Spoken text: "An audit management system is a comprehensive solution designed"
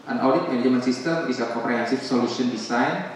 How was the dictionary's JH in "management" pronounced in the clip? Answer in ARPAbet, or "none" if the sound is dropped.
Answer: none